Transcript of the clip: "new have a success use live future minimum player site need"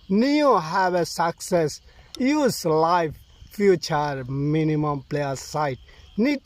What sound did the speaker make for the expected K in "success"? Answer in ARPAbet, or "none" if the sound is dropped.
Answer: K